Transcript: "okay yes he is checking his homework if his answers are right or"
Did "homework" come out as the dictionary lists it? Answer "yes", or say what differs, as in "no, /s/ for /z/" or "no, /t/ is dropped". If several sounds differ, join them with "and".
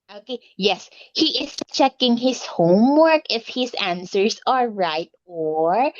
yes